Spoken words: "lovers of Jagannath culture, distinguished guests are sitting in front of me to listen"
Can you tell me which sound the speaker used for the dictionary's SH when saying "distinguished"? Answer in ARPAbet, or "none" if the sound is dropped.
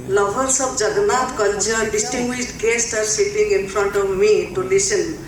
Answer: S